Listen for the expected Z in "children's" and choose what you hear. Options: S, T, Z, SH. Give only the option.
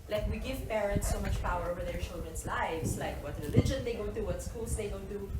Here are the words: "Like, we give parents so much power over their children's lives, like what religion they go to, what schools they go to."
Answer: S